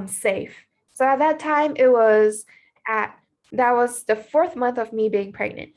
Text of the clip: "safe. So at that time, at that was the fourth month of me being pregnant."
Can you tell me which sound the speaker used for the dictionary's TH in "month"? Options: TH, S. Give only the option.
TH